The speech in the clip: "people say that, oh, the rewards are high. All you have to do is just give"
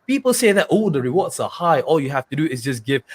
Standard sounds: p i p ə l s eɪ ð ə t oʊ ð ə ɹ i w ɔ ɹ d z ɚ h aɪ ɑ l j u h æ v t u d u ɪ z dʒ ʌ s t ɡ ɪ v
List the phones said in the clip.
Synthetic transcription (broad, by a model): p i p ə l s eɪ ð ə t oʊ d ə ɹ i w ɔ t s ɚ h aɪ ɑ l j u h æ f t u d u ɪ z dʒ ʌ s ɡ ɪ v